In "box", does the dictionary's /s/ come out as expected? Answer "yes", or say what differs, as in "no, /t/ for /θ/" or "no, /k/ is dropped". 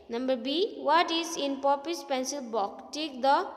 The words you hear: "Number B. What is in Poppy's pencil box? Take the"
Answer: no, /s/ is dropped